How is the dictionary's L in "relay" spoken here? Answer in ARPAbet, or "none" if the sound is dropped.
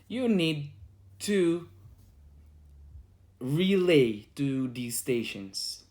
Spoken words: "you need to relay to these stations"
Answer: L